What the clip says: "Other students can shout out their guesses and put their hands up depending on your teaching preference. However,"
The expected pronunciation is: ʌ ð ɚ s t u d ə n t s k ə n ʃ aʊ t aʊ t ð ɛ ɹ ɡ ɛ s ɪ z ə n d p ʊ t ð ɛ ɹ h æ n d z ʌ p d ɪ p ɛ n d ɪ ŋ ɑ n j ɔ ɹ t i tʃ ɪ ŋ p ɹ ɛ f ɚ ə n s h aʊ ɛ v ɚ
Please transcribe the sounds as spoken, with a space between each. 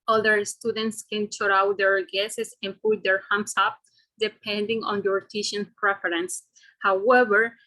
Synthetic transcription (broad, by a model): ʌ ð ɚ s t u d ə n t s k ə n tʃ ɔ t aʊ t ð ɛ ɹ ɡ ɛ s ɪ s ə n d p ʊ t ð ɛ ɹ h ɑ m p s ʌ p d ɪ p ɛ n d ɪ ŋ ɑ n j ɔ ɹ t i ʃ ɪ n p ɹ ɛ f ɚ ə n s h aʊ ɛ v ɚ